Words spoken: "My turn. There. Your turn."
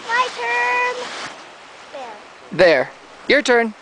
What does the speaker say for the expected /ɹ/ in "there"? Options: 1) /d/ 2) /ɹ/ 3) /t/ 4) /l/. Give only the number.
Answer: 2